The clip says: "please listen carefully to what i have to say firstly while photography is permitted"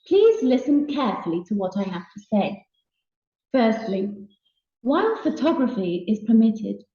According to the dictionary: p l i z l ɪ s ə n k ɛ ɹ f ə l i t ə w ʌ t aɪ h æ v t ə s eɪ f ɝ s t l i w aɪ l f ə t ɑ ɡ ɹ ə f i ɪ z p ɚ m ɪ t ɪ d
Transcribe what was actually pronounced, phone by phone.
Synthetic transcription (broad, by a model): p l i z l ɪ s ə n k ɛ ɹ f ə l i t ə w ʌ t aɪ h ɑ f t ə s eɪ f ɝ s t l i w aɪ n f ə t ɑ ɡ ɹ ə f i ɪ z p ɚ m ɪ t ɪ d